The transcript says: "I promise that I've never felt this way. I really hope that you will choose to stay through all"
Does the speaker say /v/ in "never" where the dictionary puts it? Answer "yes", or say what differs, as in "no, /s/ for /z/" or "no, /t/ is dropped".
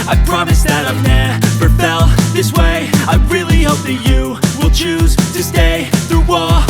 no, /p/ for /v/